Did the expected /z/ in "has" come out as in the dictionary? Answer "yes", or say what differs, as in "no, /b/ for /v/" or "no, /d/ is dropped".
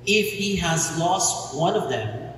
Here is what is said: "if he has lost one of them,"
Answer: yes